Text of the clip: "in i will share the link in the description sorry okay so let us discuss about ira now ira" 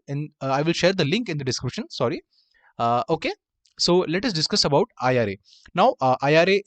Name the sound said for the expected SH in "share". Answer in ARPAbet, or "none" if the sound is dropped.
SH